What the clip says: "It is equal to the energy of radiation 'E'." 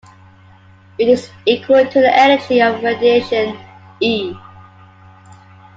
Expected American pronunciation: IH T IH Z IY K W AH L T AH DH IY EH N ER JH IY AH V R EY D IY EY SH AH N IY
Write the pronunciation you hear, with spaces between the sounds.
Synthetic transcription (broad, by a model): IH T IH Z IY K W AH L T AH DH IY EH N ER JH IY AH V R EY D IY EY SH AH N IY